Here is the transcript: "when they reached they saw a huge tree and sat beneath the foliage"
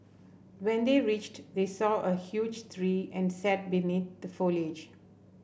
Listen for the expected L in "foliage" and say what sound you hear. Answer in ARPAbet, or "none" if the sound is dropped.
L